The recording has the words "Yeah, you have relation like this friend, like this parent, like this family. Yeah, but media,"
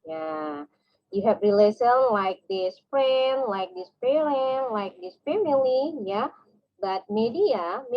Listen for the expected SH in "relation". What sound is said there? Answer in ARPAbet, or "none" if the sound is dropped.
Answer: S